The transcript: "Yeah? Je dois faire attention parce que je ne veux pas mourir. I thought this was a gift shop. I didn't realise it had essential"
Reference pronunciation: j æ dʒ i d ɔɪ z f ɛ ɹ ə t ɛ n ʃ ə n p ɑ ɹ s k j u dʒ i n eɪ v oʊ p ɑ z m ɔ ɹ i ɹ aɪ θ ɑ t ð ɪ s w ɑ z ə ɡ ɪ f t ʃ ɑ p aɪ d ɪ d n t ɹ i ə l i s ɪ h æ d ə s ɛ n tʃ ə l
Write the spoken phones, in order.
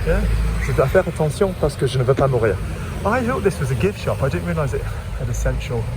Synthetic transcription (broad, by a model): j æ ʒ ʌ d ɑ f ɛ ɹ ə t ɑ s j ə p ɑ ɹ s k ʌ ʒ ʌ n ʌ v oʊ p ɑ m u ɹ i ɹ aɪ θ ɑ t ð ɪ s w ɑ z ə ɡ ɪ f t ʃ ɑ p aɪ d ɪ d n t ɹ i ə l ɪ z ɪ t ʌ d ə s ɛ n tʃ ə l